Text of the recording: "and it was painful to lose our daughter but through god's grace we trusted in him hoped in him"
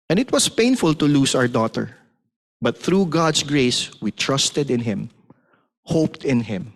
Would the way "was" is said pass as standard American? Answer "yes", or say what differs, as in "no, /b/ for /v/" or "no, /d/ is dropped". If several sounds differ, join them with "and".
no, /s/ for /z/